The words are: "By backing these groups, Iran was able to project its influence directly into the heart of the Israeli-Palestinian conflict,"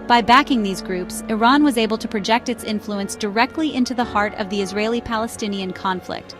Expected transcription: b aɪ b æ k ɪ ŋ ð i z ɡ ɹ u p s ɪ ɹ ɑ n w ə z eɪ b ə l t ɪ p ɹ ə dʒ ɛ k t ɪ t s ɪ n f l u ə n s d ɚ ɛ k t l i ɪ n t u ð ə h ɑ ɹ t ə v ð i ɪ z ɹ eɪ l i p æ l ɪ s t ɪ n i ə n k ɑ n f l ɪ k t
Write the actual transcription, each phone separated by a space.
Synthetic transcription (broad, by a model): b aɪ b æ k ɪ ŋ ð i z ɡ ɹ u p s ɪ ɹ ɑ n w ə z eɪ b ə l t ɪ p ɹ ə dʒ ɛ k t ɪ t s ɪ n f l u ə n s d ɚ ɛ k t l i ɪ n t u ð ə h ɑ ɹ t ə v ð i ɪ z ɹ eɪ l i p æ l ɪ s t ɪ n i ə n k ɑ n f l ɪ k t